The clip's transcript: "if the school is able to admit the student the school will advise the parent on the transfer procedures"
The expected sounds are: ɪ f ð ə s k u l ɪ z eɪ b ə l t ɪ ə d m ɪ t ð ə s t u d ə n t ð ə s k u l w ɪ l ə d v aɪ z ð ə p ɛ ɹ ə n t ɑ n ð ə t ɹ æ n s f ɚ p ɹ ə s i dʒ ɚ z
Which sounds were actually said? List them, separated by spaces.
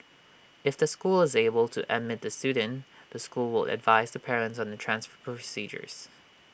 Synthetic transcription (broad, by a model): ɪ f ð ə s k u l ɪ z eɪ b ə l t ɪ ə d m ɪ t ð ə s t u d n ð ə s k u l w ɪ l ə d v aɪ z ð ə p ɛ ɹ ə n t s n ð ə t ɹ æ n s f ɚ p ɹ ə s i dʒ ɚ z